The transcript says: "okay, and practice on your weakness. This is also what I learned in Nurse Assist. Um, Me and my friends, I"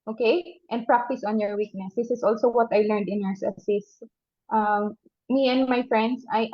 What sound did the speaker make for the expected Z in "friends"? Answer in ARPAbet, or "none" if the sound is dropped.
S